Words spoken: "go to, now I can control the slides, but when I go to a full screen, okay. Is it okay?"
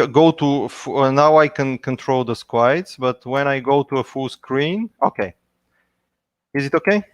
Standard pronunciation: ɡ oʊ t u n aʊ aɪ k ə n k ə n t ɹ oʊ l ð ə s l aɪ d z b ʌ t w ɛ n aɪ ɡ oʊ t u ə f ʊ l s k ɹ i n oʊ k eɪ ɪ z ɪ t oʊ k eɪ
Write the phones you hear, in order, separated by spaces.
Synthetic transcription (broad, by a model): ɡ oʊ t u n aʊ aɪ k ə n k ə n t ɹ oʊ l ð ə s w aɪ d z b ʌ t w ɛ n aɪ ɡ oʊ t u ə f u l s k ɹ i n oʊ k eɪ ɪ z ɪ t oʊ k eɪ